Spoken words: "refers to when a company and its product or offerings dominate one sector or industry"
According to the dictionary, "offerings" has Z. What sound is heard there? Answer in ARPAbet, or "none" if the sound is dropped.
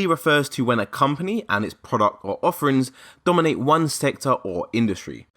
Z